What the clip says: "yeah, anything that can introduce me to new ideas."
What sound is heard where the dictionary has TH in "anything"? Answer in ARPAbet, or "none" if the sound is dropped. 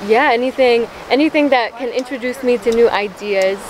TH